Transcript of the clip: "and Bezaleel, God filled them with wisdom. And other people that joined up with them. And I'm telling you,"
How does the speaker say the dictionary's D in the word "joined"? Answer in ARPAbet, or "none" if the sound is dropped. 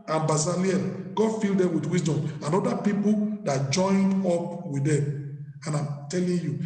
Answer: D